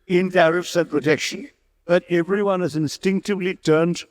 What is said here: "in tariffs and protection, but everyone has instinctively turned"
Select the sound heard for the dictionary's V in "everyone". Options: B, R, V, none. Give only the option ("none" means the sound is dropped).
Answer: V